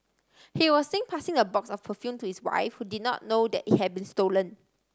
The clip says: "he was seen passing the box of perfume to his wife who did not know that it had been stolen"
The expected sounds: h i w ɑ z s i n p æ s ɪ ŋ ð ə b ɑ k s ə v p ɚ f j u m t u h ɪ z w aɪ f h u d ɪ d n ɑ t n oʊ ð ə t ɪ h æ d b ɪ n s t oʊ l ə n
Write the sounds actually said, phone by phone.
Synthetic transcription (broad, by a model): h i w ɑ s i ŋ p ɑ s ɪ ŋ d ə b ɑ k s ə f p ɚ f j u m t u h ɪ s w aɪ f h u d ɪ d n ɑ t n oʊ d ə t ɪ h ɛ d b ɪ n s t oʊ l ə n